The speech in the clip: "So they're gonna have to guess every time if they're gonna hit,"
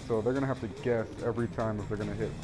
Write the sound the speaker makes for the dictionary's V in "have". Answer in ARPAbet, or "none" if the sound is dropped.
F